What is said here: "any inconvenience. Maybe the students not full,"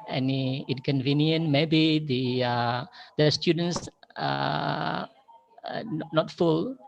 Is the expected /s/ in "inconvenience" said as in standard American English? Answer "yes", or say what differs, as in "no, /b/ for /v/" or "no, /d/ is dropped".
no, /s/ is dropped